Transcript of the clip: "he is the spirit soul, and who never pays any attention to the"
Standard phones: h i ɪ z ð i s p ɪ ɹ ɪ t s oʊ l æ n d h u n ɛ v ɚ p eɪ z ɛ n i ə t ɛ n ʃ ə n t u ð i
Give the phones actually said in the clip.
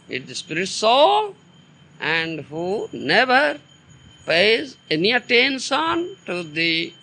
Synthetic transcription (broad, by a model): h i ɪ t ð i s p ɪ ɹ ɪ t s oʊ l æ n d h u n ɛ v ɚ p eɪ z ɛ n i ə t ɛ n s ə n t u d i